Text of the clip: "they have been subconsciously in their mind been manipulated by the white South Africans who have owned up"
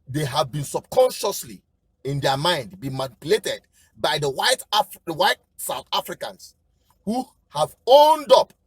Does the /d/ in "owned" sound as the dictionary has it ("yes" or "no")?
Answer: yes